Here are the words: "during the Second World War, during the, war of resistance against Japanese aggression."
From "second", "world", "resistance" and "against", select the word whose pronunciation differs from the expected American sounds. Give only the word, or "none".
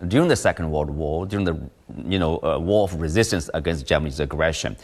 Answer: world